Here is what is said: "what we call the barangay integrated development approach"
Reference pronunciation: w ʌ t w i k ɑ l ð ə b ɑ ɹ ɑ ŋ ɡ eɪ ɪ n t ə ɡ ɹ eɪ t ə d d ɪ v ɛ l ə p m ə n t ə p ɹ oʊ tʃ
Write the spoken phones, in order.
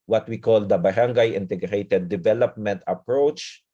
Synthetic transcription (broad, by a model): w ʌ t w i k ɑ l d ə b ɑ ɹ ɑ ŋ ɡ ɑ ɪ n t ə ɡ ɹ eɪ t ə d d ɪ v ɛ l ə p m ə n t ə p ɹ oʊ tʃ